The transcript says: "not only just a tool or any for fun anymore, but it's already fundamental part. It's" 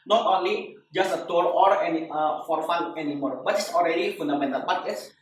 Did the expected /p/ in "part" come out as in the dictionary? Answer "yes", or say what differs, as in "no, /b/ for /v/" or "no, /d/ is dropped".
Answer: no, /b/ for /p/